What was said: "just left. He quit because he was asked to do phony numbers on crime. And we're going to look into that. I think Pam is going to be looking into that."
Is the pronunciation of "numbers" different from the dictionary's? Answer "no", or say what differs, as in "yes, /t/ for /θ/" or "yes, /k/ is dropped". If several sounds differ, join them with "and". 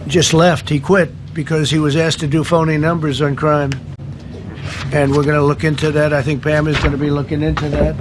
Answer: no